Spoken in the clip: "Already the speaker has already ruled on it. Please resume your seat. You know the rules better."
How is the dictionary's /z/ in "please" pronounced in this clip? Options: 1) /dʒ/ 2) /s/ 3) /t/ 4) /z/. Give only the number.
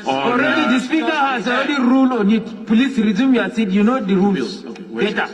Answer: 2